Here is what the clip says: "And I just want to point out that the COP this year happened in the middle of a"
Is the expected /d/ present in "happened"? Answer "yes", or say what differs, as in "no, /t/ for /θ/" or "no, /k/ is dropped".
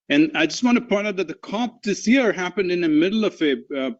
yes